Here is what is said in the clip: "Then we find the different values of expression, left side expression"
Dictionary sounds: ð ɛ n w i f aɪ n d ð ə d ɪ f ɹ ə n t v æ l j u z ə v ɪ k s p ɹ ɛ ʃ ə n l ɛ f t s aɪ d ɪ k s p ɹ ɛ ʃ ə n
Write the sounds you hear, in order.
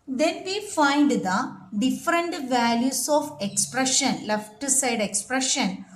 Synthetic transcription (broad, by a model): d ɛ n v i f aɪ n d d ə d ɪ f ɹ ə n t v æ l j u s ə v ɪ k s p ɹ ɛ ʃ ə n l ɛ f t s aɪ d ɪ k s p ɹ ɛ ʃ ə n